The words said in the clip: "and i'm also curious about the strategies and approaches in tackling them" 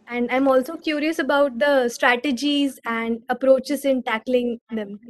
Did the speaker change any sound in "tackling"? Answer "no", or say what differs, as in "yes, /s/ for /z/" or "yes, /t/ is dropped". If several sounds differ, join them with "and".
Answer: no